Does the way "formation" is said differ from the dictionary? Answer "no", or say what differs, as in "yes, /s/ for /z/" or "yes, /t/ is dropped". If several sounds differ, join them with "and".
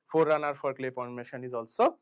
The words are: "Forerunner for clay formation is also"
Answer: yes, /p/ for /f/